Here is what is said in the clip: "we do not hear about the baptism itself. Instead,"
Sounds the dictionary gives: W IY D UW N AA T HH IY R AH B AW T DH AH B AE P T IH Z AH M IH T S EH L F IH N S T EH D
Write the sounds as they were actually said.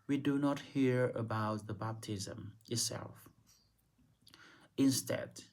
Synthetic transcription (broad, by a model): W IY D UW N AA T HH IY R AH B AW T DH AH B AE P T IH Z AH M IH T S EH L F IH N S T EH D